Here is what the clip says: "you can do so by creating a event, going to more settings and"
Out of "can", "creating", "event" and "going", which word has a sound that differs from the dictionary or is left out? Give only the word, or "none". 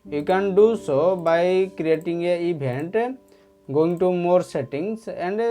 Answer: event